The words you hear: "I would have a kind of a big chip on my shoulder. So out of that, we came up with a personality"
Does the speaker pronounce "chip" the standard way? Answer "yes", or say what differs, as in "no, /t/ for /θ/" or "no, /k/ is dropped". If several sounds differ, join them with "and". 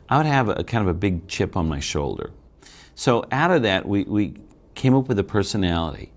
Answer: yes